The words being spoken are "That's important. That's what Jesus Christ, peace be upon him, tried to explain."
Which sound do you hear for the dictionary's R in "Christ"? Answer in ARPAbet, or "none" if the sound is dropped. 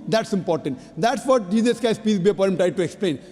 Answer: none